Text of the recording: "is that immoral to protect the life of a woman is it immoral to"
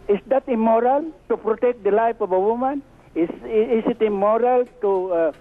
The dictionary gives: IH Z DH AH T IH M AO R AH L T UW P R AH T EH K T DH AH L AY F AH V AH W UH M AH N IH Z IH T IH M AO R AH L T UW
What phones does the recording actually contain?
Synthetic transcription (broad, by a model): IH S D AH T IH M AO R AH L T UW P R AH T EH K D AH L AY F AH B AH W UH M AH N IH S IH T IH M AO R AH L T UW